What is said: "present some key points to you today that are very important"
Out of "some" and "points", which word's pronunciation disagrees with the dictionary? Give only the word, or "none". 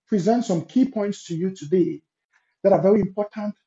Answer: none